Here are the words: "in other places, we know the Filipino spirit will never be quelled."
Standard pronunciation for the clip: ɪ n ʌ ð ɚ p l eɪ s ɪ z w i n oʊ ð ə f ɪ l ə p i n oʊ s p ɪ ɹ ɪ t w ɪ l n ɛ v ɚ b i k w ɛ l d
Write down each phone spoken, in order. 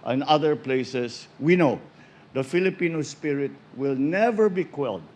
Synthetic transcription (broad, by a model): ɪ n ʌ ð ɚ p l eɪ s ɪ s w i n oʊ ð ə f ɪ l ə p i n oʊ s p ɪ ɹ ɪ t w ɪ l n ɛ v ɚ b i k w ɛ l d